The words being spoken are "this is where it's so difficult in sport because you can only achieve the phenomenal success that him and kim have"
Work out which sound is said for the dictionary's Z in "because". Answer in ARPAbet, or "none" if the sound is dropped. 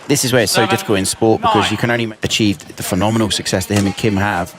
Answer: Z